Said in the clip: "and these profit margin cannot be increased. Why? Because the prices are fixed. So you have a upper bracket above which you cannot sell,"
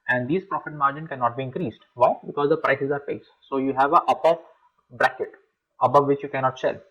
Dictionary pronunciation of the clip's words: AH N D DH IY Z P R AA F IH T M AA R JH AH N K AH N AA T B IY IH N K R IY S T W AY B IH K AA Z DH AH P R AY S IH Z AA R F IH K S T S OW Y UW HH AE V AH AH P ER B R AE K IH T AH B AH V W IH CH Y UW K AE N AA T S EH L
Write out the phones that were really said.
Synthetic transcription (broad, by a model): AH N D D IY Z P R AA F IH T M AA R JH AH N K AH N AA T B IY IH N K R IY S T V AY B IH K AA Z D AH P R AY S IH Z AA R P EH S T S OW Y UW HH AE V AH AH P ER B R AE K IH T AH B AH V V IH CH Y UW K AE N AA T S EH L